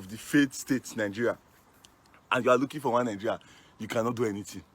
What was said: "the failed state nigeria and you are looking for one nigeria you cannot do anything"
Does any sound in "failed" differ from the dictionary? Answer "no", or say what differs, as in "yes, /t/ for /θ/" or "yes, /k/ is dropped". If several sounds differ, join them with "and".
yes, /l/ is dropped